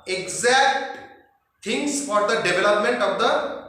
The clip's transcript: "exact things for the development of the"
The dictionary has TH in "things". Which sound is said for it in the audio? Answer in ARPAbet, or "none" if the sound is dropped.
T